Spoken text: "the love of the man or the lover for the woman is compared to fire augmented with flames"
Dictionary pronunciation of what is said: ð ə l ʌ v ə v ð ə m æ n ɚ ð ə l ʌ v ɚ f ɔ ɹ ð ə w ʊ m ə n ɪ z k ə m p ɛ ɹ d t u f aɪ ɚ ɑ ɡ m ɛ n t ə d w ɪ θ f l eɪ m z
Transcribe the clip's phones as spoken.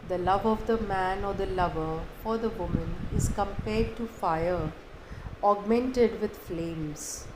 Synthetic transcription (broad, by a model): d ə l ʌ v ə v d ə m æ n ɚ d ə l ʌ v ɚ f ɔ ɹ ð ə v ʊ m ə n ɪ z k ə m p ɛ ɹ d t u f aɪ ɚ ɑ ɡ m ɛ n t ə d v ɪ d f l eɪ m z